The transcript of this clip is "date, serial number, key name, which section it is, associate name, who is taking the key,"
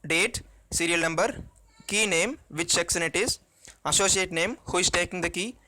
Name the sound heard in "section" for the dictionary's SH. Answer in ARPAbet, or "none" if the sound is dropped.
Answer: S